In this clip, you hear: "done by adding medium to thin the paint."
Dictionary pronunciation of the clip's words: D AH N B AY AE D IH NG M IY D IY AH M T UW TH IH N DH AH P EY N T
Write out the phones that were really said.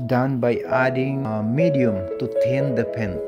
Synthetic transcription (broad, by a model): D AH N B AY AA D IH NG M IY D IY AH M T UW T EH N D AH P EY N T